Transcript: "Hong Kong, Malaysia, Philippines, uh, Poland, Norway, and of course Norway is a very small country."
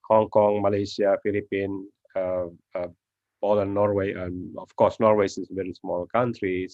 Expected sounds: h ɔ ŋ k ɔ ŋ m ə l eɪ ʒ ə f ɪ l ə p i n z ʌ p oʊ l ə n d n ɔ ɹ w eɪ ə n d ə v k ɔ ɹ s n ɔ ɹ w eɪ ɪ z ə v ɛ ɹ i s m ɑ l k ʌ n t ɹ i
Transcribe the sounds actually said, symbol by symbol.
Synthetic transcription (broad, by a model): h ɔ ŋ k ɔ ŋ m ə l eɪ s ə f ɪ l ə p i n ʌ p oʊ l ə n n ɔ ɹ w eɪ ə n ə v k ɔ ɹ s n ɔ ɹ w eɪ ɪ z v ɛ ɹ i s m ɑ l k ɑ n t ɹ i